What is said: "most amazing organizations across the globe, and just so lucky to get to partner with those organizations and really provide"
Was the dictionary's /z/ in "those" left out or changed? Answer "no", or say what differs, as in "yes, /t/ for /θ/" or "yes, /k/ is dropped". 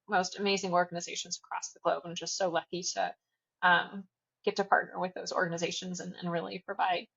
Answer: no